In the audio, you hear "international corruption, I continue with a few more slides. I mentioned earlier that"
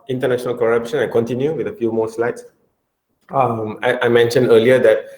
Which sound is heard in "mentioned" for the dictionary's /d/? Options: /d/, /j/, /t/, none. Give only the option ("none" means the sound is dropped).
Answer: /d/